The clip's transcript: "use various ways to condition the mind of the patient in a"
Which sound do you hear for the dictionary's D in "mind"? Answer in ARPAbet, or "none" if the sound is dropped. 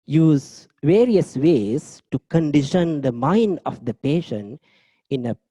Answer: D